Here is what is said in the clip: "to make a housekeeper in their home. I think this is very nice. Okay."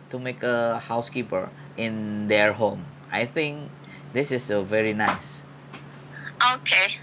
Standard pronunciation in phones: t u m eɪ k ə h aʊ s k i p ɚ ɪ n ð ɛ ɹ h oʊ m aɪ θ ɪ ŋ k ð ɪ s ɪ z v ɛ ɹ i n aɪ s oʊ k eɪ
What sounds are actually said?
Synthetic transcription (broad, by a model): t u m eɪ k ə h aʊ s k i p ɚ ɪ n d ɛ ɹ h oʊ m aɪ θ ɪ ŋ k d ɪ s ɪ s v ɛ ɹ i n aɪ s oʊ k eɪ